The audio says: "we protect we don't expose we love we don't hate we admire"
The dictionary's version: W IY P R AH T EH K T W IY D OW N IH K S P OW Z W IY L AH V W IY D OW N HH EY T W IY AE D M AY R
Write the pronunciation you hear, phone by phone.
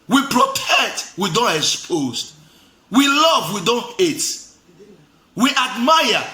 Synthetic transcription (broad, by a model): W IY P R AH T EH T W IY D OW N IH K S P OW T W IY L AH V W IY D OW N HH EY T W IY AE D M AY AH